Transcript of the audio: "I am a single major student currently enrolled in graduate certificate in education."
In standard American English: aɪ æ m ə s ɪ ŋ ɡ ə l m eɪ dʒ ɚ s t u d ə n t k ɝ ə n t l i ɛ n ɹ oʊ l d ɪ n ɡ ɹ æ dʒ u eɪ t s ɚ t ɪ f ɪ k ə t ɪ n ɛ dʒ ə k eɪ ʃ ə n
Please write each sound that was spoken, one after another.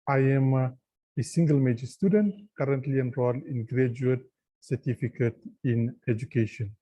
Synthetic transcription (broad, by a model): aɪ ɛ m ə s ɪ ŋ ɡ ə l m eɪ dʒ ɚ s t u d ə n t k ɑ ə n t l i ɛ n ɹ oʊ l ɪ n ɡ ɹ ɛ dʒ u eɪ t s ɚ t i f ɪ k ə t ɪ n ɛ dʒ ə k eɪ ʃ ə n